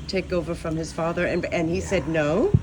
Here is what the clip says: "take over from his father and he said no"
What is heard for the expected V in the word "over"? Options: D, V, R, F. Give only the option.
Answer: V